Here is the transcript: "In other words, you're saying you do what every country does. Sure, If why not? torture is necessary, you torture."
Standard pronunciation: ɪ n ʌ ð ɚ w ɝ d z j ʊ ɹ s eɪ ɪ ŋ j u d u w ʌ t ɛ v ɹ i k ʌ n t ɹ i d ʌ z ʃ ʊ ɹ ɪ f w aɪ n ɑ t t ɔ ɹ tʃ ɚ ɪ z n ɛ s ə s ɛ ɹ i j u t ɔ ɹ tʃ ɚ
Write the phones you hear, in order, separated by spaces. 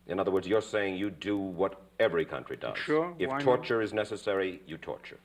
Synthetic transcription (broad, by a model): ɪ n ʌ ð ɚ w ɝ d z j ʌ ɹ s eɪ ɪ ŋ j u d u w ʌ t ɛ v ɹ i k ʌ n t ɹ i d ʌ z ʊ ɪ f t t ɔ ɹ tʃ ɚ ɪ z n ɛ s ə s ɛ ɹ i j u t ɔ ɹ tʃ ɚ